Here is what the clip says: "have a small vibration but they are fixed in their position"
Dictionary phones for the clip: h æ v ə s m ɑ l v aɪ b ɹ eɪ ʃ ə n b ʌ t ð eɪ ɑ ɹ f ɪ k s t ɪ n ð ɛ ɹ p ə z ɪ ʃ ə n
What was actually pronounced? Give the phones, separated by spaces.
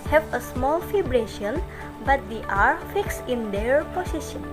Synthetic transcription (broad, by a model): h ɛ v ə s m ɑ l f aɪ b ɹ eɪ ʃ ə n b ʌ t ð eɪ ɑ ɹ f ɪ k s ɪ n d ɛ ɹ p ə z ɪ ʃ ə n